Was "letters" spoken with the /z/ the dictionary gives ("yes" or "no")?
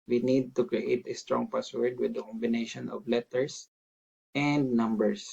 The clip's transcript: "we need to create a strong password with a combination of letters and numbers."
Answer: no